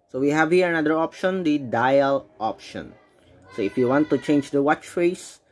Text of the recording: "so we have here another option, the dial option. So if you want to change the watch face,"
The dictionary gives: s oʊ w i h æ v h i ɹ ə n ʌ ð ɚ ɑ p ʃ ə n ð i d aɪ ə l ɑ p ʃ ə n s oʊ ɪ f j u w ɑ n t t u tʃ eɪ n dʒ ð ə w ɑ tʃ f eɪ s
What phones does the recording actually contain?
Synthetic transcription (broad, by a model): s oʊ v i h æ v h i ɹ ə n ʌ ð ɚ ɑ p ʃ ə n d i d aɪ ə l ɑ p ʃ ə n s oʊ ɪ f j u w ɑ n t t u tʃ eɪ n dʒ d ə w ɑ tʃ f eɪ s